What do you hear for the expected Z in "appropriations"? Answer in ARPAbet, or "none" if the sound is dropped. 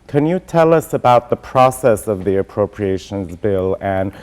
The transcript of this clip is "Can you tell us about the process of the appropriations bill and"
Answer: Z